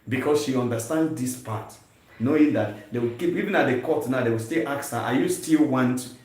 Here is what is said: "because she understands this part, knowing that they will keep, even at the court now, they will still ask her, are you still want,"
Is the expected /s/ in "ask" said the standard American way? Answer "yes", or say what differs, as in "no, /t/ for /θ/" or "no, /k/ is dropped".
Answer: no, /s/ is dropped